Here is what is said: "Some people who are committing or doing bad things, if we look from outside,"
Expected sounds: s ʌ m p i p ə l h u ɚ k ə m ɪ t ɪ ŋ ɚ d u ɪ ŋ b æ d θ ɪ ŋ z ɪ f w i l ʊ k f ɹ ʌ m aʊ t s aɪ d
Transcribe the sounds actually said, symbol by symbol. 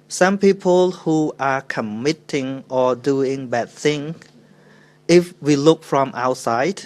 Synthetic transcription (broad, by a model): s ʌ m p i p ə l h u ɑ k ə m ɪ t ɪ ŋ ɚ d u ɪ ŋ b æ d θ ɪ ŋ ɪ f w i l ʊ k f ɹ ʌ m aʊ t s aɪ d